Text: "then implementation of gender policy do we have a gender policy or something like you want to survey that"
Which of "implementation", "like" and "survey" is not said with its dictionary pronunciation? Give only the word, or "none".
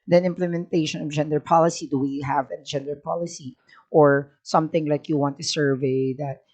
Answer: none